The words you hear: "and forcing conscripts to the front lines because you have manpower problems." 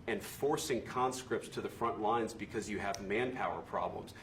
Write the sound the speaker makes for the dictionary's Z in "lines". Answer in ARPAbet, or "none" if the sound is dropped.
Z